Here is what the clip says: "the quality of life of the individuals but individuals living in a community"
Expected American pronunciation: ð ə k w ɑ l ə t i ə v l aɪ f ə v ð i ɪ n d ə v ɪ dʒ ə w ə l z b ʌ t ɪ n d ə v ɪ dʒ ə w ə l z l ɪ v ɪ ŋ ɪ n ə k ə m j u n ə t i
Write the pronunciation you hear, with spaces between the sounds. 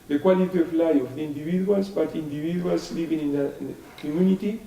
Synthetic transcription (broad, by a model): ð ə k w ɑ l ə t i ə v l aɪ ə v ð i n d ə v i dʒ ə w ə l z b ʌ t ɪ n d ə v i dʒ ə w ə l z l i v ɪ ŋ ɪ n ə k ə m j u n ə t i